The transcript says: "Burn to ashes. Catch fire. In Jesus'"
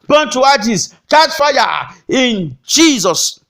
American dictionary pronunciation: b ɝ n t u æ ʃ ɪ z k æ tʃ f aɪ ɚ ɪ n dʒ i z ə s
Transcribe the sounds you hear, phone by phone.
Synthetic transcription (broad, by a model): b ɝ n t u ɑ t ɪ s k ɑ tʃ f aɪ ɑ ɪ n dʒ i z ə s